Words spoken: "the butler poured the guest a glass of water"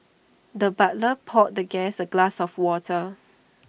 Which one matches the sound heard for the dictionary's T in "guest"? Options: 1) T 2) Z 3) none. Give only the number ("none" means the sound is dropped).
3